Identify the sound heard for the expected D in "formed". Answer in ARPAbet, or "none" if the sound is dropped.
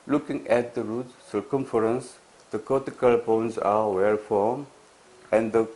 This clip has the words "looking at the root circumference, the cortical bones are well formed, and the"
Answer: none